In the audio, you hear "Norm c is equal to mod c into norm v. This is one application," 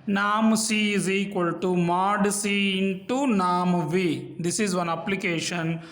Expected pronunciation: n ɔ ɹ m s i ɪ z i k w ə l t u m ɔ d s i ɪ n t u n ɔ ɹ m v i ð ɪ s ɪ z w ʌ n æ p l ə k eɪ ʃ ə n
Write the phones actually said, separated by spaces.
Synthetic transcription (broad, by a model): n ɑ m s i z i k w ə l t u m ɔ d s i ɪ n t u n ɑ m v i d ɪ s ɪ z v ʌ n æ p l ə k eɪ ʃ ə n